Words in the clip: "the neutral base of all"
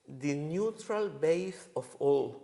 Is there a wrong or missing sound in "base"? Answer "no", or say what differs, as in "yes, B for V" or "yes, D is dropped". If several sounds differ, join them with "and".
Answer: yes, TH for S